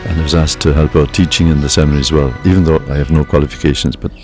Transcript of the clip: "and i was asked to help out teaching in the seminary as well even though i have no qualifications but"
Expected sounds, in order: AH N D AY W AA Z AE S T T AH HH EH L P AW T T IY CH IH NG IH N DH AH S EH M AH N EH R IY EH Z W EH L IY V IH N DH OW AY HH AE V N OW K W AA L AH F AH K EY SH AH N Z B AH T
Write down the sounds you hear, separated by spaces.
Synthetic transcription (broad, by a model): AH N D AY W AA Z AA S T T AH HH EH L P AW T T IY CH IH NG IH N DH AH S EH M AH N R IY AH Z W EH L IY V IH N DH OW AY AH V N OW K W AA L AH F AH K EY SH AH N Z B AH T